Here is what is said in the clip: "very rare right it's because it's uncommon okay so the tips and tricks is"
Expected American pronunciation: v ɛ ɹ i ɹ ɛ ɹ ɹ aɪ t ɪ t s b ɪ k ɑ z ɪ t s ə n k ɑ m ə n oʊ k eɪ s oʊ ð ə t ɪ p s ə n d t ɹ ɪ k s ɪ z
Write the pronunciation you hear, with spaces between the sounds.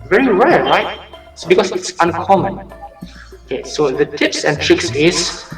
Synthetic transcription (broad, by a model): v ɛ ɹ i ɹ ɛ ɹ ɹ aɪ ɪ t s b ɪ k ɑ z ɪ t s ə n k ɑ m ə n oʊ k eɪ s oʊ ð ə t ɪ p s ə n t ɹ ɪ k s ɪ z